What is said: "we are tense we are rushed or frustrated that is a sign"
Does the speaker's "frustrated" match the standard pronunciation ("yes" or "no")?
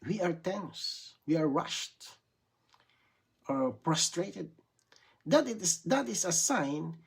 no